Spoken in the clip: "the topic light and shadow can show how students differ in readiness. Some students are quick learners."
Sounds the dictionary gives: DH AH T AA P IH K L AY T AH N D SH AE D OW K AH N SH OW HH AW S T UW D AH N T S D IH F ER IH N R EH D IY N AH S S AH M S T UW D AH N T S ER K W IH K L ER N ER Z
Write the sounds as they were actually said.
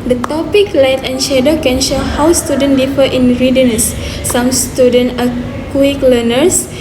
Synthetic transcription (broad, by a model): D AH T AA P IH K L AY T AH N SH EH D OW K AH N SH OW HH AW S T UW D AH N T D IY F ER IH N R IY D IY N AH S S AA M S T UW D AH N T ER K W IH K L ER N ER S